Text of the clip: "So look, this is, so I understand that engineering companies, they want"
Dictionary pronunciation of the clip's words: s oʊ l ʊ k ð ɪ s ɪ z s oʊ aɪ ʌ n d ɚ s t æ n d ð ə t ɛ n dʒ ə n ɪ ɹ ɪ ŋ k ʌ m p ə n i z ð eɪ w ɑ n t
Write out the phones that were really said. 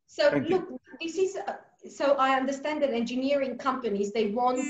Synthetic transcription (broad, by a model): s oʊ l ʊ k ð ɪ s ɪ z s oʊ aɪ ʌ n d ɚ s t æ n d ð ə t ɛ n dʒ ə n ɪ ɹ ɪ ŋ k ʌ m p ə n i z ð eɪ w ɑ n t